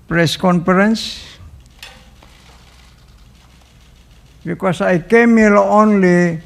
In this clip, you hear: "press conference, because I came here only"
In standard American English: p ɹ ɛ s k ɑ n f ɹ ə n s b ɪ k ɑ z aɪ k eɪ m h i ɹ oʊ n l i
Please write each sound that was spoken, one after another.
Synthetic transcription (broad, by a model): p ɹ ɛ s k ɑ n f ɹ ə n s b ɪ k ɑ s aɪ k eɪ m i l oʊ n l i